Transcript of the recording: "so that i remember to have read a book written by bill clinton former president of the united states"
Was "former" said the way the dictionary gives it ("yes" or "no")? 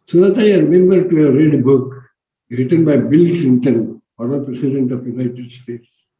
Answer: no